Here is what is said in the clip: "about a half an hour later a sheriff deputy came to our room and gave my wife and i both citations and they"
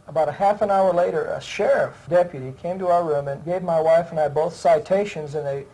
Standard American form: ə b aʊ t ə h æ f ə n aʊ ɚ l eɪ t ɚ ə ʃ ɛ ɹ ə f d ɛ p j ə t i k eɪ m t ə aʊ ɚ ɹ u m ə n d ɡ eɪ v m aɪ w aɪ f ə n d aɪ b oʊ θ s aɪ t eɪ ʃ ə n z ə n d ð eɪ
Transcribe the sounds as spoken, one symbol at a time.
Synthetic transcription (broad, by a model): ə b aʊ t ə h æ f ə n aʊ ɚ l eɪ t ɚ ə ʃ ɛ ɹ ə f d ɛ p j ə t i k eɪ m t ə aʊ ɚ ɹ u m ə n ɡ eɪ v m aɪ w aɪ f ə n aɪ b oʊ θ s aɪ t eɪ ʃ ə n z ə n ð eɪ